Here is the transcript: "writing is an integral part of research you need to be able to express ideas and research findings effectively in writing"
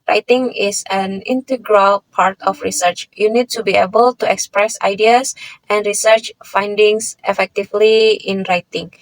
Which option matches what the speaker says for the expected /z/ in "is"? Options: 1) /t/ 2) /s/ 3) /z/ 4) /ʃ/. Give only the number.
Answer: 2